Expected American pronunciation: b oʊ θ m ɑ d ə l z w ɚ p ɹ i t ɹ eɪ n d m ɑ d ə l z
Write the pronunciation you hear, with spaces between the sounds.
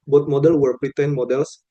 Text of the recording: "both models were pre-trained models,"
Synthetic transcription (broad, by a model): b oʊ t m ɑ d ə l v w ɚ p ɹ i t eɪ n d m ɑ d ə l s